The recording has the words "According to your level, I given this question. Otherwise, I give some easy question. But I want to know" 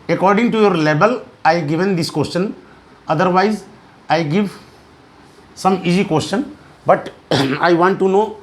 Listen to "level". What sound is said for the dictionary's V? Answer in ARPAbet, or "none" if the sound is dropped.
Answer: B